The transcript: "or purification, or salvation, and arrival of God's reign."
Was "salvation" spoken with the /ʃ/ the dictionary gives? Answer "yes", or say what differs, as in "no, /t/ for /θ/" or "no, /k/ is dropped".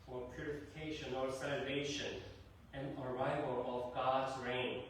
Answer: yes